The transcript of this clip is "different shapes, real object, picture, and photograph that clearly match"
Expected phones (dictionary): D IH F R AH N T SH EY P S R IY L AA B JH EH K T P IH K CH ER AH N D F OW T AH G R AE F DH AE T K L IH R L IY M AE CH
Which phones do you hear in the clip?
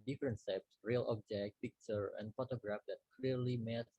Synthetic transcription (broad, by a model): D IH F R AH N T S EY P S R IY L AA B JH EH K T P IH K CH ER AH N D F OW T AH G R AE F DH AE T K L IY R L IY M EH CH